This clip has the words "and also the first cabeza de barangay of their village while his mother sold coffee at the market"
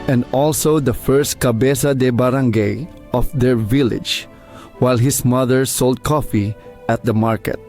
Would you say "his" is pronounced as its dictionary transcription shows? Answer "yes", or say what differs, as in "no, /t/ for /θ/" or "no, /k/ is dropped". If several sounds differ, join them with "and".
no, /s/ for /z/